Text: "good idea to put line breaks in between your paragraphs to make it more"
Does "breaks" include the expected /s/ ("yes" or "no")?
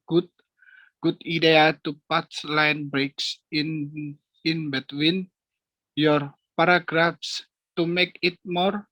yes